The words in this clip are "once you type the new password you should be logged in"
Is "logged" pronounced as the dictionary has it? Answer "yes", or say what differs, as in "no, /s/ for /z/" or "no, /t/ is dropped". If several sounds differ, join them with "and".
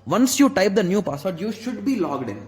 yes